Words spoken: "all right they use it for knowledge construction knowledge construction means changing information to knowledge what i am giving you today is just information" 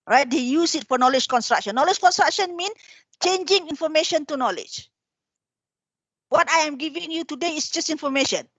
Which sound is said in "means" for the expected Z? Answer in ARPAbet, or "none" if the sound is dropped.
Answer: none